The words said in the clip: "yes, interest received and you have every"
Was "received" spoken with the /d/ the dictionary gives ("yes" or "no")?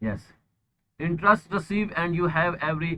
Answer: no